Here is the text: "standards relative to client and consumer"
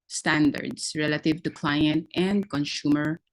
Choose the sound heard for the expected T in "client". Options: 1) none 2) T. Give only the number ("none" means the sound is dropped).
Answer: 2